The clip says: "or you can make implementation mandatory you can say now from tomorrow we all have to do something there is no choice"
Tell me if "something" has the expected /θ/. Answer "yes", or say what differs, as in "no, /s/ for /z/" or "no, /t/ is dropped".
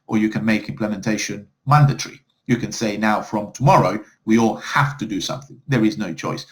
yes